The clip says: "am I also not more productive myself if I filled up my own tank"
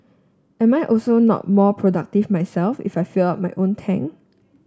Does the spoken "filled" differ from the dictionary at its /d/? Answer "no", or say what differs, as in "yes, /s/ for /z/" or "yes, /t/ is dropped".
yes, /d/ is dropped